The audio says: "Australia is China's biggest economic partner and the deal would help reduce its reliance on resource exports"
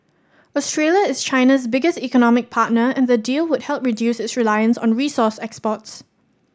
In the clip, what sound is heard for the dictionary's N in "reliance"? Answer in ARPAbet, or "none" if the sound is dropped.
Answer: N